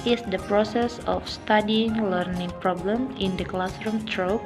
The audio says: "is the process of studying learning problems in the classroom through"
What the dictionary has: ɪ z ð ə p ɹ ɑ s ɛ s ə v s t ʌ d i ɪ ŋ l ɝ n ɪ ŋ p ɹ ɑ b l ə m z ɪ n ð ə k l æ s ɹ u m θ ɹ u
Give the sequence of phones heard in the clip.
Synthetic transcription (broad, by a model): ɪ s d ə p ɹ ɑ s ɛ s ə f s t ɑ d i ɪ ŋ l ɝ n ɪ ŋ p ɹ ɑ b l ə m ɪ n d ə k l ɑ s ɹ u m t ɹ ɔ